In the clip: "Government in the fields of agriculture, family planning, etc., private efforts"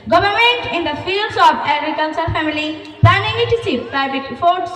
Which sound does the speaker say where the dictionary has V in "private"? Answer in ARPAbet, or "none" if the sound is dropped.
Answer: B